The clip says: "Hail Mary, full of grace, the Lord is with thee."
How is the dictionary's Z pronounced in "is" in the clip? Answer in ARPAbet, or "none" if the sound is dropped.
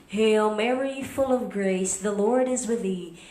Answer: Z